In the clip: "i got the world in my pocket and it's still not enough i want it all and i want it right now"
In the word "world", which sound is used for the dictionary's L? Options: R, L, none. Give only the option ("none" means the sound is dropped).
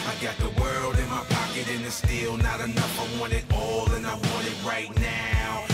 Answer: L